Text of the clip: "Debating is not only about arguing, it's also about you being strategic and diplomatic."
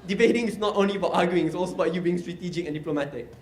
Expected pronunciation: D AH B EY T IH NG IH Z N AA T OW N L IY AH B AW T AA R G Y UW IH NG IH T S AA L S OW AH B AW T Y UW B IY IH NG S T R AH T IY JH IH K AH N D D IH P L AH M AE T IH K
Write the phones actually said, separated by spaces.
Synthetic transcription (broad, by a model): D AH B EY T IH NG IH S N AA T OW N L IY AH B AW T AA G Y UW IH NG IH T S AA L S OW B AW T Y UW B IY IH NG S T R AH T IY JH IH K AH N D D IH P L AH M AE T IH K